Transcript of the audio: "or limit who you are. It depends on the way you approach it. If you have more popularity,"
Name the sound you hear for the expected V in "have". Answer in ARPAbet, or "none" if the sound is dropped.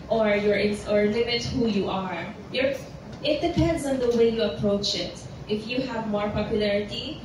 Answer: V